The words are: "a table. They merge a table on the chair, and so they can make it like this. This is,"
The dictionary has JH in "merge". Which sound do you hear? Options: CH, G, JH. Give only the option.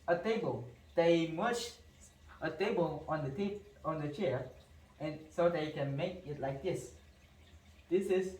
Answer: CH